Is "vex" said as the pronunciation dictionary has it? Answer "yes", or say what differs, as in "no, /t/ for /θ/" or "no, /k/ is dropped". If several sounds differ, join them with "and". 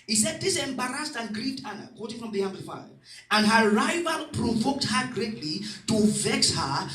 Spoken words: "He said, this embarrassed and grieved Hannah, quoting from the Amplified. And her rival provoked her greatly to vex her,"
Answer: yes